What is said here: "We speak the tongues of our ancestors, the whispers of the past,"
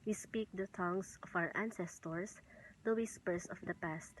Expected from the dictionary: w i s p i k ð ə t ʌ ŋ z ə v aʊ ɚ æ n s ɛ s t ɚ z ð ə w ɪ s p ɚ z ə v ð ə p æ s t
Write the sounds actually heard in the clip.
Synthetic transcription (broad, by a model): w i s p i k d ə t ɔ ŋ s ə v aʊ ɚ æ n s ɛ s t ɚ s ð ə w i s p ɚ s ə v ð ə p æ s t